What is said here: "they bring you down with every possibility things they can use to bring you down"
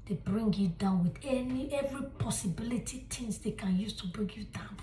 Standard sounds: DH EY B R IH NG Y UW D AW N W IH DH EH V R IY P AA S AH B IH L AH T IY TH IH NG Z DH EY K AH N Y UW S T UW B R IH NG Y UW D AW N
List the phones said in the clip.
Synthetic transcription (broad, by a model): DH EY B R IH NG Y UW D AW N W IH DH EH V R IY P AA S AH B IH L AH T IY T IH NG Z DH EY K AH N Y UW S T UW B R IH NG Y UW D AW N